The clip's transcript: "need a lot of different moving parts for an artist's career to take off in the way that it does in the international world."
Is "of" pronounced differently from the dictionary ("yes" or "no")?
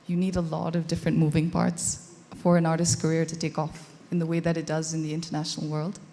no